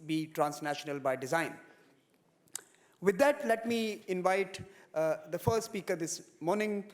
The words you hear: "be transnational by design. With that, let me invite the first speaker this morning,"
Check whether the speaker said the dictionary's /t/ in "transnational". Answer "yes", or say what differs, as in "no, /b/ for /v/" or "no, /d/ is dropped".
yes